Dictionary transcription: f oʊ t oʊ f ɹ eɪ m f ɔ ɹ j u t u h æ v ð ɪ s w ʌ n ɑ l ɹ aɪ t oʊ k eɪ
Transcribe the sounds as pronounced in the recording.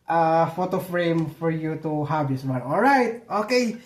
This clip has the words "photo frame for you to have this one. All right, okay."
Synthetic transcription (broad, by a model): f oʊ t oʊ f ɹ eɪ m f ɔ ɹ j u t u h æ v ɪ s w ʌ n ɑ l ɹ aɪ t oʊ k eɪ